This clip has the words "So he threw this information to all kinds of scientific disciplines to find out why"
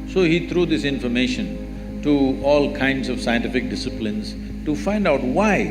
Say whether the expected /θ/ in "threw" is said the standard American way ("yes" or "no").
no